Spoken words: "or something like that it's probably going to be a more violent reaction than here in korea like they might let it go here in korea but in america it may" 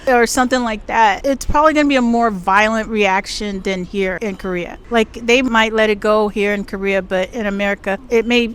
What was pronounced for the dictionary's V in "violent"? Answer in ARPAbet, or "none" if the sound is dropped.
V